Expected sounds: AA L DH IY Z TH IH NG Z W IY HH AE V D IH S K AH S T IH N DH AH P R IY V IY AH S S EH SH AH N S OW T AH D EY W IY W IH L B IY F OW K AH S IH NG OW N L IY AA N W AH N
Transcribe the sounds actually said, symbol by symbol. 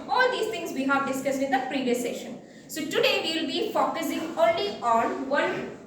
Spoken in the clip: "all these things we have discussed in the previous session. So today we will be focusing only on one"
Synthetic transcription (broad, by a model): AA L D IY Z T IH NG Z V IY HH AE V D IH S K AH S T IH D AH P R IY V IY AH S S EH SH AH N S OW T AH D EY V IY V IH L B IY F OW K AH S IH NG OW N L IY AA N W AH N